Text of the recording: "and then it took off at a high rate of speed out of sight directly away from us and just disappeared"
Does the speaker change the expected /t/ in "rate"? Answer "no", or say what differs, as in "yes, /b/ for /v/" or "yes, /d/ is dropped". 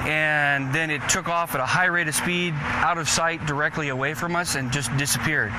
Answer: no